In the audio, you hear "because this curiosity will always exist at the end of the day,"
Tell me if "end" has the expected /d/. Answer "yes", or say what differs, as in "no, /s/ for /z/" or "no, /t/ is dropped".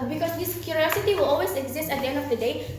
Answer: yes